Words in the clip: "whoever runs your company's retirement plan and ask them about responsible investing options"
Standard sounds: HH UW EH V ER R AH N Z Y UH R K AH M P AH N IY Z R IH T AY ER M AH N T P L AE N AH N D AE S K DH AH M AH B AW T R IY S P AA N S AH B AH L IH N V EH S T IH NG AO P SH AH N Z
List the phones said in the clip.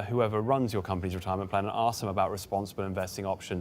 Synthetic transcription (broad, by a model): HH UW EH V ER R AH N Z Y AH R K AH M P AH N IY Z R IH T AY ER M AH N P L AE N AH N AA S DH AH M AH B AW T R IY S P AA N S AH B AH L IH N V EH S T IH NG AO P SH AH